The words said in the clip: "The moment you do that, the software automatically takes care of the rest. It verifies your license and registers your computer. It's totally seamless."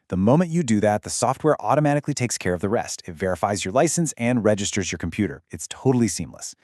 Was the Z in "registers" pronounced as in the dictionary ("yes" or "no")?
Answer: yes